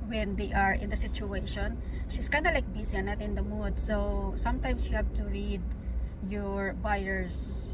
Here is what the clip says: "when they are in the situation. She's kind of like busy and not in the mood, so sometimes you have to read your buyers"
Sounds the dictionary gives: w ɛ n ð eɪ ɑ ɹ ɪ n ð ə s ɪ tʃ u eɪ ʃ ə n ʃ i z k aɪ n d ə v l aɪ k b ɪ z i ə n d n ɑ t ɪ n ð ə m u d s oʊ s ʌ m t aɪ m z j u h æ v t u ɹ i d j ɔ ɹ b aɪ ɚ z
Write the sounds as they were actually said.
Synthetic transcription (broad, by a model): w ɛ n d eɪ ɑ ɹ ɪ n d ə s ɪ tʃ u eɪ ʃ ə n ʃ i s k aɪ n d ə l aɪ k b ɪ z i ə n n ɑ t ɪ n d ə m u d s oʊ s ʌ m t aɪ m s j u h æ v t u ɹ i d j ɔ ɹ b aɪ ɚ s